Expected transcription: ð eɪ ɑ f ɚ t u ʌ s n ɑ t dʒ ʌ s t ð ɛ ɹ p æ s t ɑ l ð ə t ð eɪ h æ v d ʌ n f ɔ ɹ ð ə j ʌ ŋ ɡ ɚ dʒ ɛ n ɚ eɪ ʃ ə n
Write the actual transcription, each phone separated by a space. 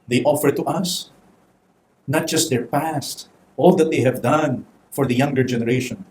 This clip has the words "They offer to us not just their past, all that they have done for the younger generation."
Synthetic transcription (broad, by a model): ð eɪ ɑ f ɚ t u ʌ s n ɑ t dʒ ʌ s t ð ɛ ɹ p æ s t ɑ l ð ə t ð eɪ h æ v d ʌ n f ɔ ɹ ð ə j ʌ ŋ ɡ ɚ dʒ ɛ n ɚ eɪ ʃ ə n